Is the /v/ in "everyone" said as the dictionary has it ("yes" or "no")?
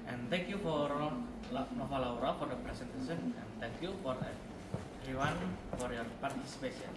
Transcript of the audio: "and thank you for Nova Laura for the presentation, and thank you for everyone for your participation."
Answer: no